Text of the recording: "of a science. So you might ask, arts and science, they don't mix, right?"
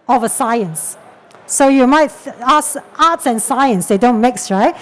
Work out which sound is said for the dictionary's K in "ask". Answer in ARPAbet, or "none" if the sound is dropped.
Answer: none